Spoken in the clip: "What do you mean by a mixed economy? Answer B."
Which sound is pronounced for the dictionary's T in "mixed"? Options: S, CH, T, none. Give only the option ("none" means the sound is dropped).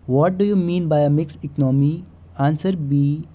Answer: none